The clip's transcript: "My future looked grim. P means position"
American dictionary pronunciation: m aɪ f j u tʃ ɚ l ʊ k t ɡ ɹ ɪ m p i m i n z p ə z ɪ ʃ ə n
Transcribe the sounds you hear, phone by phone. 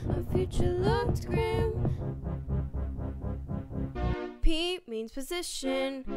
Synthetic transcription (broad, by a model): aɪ f j u tʃ ɚ l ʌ t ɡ ɹ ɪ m p i m i n z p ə z ɪ ʃ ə n